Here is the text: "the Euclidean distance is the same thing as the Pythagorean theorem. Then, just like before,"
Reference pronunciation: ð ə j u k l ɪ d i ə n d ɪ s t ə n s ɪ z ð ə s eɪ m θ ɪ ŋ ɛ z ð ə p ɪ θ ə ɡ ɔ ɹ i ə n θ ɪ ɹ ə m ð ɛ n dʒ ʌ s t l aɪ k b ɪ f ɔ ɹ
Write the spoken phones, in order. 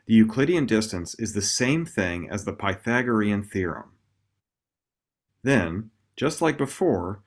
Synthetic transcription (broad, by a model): ð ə j u k l ɪ d i ə n d ɪ s t ə n s ɪ z ð ə s eɪ m θ ɪ ŋ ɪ z ð ə p ɪ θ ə ɡ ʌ ɹ i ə n θ ɪ ɹ ə m ð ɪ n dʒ ʌ s t l aɪ k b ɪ f ɔ ɹ